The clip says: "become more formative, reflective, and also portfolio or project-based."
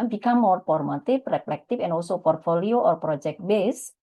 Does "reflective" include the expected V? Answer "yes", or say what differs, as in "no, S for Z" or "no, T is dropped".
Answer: no, F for V